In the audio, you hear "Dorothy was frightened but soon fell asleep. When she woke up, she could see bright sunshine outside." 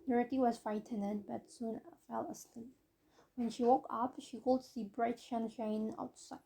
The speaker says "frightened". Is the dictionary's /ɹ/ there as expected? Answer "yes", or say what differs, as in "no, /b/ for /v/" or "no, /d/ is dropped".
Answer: no, /ɹ/ is dropped